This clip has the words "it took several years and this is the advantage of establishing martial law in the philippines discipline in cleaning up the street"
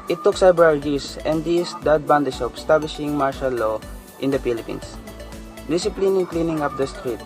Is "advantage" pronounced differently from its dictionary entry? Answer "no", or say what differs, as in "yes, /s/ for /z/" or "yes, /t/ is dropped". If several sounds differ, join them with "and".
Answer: yes, /b/ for /v/